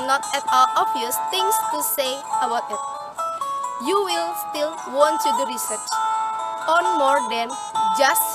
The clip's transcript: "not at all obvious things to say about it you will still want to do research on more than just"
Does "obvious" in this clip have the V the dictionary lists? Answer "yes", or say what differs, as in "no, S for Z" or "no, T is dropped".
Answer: no, V is dropped